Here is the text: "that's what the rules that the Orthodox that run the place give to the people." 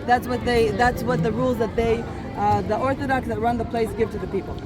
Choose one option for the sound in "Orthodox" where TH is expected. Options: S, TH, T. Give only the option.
TH